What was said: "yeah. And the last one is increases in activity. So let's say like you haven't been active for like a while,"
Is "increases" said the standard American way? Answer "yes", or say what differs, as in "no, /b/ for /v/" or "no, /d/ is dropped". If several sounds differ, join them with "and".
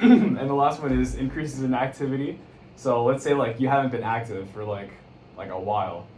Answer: yes